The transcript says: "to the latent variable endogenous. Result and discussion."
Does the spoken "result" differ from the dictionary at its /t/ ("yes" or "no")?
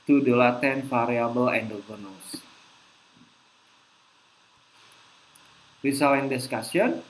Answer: yes